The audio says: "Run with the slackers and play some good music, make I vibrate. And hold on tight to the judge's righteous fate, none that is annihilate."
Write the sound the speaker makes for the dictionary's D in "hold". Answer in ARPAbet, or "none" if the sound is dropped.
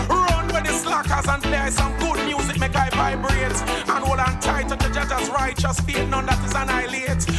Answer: none